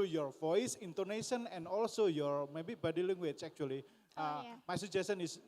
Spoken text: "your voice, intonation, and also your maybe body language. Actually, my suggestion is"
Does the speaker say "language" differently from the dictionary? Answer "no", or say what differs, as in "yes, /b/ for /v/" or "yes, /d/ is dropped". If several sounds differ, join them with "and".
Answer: yes, /tʃ/ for /dʒ/